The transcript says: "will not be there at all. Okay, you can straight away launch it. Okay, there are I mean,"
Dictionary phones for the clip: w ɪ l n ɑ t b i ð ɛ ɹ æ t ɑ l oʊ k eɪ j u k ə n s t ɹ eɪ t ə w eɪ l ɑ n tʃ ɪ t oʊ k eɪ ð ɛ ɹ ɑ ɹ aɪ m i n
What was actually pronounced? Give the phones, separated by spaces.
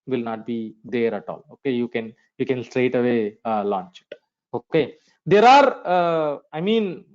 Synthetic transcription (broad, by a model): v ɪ l n ɑ t b i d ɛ ɹ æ t ɑ l oʊ k eɪ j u k ə n s t ɹ eɪ t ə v eɪ l ɑ n tʃ ɪ t oʊ k eɪ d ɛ ɹ ɑ ɹ aɪ m i n